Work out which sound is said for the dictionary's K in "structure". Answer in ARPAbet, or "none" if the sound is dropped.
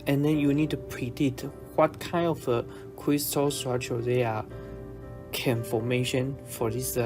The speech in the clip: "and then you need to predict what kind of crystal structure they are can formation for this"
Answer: none